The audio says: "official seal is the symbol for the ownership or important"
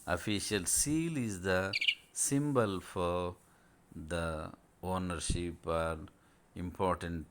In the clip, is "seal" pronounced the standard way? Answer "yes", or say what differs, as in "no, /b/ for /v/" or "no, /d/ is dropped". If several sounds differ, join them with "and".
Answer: yes